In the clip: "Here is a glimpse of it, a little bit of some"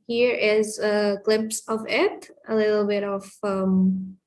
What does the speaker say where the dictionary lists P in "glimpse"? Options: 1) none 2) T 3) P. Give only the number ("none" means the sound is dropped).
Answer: 3